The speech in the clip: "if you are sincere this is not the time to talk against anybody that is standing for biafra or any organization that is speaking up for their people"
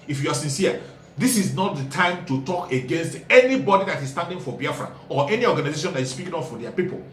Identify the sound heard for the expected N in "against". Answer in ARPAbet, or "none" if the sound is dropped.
N